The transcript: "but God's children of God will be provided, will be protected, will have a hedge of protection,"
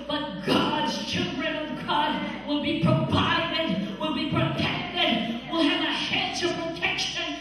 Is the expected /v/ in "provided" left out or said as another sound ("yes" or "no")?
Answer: yes